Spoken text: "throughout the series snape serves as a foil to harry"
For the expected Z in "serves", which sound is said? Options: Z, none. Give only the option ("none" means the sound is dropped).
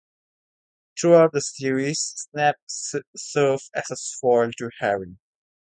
none